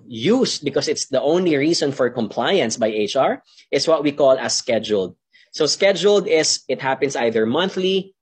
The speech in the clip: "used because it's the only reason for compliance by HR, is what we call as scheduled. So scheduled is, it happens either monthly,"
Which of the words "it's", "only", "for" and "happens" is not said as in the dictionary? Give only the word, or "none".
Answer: happens